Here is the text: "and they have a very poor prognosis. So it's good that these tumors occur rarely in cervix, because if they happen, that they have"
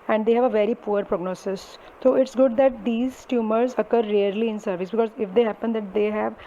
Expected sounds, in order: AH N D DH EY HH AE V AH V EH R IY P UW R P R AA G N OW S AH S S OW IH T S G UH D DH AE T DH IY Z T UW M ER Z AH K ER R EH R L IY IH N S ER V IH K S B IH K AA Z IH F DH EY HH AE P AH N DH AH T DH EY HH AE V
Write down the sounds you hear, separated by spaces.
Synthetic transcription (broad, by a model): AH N D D EY HH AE V AH V EH R IY P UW R P R AA G N OW S AH S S OW IH T S G UH D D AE T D IY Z T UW M ER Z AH K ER R EH R L IY IH N S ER V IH S B IH K AA Z IH F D EY HH AE P AH N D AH T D EY HH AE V